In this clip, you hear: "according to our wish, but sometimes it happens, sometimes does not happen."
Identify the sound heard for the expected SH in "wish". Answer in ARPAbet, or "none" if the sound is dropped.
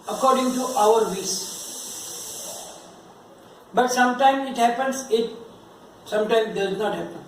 S